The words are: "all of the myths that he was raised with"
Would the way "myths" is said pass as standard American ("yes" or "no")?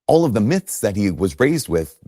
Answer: yes